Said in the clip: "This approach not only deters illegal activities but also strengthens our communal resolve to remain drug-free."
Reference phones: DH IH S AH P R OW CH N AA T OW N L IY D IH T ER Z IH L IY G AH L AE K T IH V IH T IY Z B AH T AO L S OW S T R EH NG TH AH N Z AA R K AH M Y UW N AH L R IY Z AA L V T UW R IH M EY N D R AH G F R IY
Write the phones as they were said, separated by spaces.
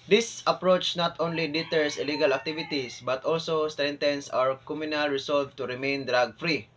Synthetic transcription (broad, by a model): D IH S AH P R OW CH N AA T OW N L IY D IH T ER S IH L IY G AH L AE K T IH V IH T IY S B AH T AO L S OW S T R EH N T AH N S AA R K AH M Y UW N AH L R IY S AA L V T UW R IH M EY N D R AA G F R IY